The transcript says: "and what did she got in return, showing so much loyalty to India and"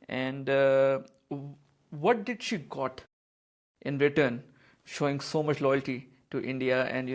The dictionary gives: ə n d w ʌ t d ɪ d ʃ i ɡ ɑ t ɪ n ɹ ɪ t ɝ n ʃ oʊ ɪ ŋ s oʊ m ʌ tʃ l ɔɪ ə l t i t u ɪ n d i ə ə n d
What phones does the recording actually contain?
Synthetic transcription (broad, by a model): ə n d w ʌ t d ɪ d ʃ i ɡ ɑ t ɪ n ɹ ɪ t ɝ n ʃ oʊ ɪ ŋ s oʊ m ʌ tʃ l ɔɪ ə l t i t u ɪ n d i ə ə n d